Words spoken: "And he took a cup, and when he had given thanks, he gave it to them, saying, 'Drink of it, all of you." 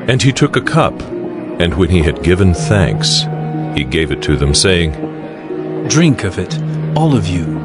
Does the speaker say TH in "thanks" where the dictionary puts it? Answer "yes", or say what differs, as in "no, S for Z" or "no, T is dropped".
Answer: yes